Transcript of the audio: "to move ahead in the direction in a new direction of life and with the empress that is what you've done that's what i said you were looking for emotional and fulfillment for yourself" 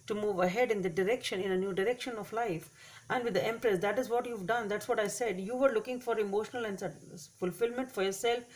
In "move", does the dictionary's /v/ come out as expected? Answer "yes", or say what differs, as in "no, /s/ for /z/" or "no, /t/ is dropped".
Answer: yes